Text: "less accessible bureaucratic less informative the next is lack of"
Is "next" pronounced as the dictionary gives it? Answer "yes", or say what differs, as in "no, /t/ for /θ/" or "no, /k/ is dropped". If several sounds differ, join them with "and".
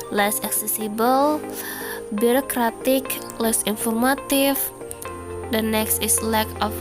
yes